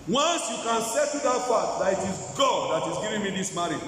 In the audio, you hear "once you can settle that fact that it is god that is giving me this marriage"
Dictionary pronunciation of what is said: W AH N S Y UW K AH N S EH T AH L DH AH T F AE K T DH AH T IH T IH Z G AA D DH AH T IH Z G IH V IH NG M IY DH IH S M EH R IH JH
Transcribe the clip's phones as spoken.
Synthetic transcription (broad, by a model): W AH N S Y UW K AH N S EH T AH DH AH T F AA T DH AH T IH T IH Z G AA D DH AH T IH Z G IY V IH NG M IY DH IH S M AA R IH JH